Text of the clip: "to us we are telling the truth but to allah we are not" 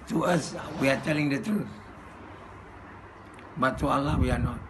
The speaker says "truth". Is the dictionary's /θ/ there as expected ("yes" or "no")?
no